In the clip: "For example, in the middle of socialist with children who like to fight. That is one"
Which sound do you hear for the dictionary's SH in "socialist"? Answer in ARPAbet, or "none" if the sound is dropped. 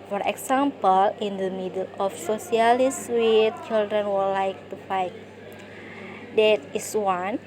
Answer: S